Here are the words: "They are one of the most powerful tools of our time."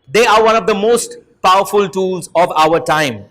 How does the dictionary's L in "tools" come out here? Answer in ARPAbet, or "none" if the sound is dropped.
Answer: L